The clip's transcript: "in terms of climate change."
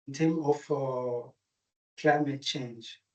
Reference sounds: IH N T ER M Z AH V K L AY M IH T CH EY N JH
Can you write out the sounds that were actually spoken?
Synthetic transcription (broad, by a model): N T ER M AH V K L AY M IH T CH EY N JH